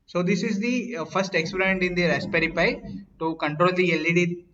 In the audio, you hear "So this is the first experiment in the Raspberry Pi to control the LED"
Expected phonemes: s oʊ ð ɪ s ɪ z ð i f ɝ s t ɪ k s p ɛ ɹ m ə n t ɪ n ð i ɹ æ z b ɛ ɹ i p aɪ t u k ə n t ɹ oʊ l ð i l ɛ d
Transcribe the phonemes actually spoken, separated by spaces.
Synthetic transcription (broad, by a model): s oʊ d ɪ s ɪ z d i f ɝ s t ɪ k s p ɹ ə n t ɪ n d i ɹ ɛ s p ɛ ɹ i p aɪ t u k ə n t ɹ oʊ l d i l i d